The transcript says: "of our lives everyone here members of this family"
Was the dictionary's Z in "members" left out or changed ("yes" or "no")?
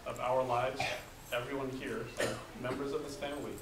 no